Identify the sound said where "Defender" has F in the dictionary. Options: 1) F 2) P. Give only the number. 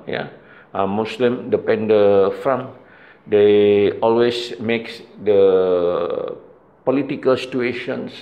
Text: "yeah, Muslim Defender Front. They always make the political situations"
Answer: 2